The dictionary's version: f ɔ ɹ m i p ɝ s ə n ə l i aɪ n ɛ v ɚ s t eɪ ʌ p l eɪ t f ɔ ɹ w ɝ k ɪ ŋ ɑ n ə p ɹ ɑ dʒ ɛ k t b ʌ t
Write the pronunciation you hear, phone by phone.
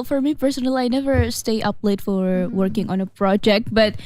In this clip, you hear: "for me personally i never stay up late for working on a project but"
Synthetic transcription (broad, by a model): f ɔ ɹ m i p ɝ s ə n ə l i aɪ n ɛ v ɚ s t eɪ ʌ p l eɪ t f ɔ ɹ w ɝ k ɪ ŋ ɑ n ə p ɹ ɑ dʒ ɛ k t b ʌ t